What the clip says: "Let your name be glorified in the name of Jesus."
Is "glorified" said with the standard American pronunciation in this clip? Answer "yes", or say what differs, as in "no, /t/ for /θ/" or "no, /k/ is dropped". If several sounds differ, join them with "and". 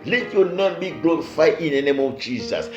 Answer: no, /d/ is dropped